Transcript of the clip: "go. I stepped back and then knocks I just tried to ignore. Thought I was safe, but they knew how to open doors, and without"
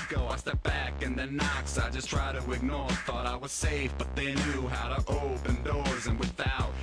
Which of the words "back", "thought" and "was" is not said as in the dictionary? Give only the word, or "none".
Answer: none